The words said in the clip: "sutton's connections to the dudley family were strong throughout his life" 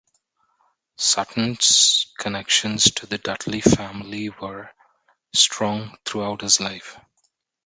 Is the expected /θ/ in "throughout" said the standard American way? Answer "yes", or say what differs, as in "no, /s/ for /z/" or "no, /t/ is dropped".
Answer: no, /t/ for /θ/